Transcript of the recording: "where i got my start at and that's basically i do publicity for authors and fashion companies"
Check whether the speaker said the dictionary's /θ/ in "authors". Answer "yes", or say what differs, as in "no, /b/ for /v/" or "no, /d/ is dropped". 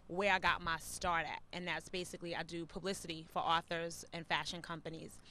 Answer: yes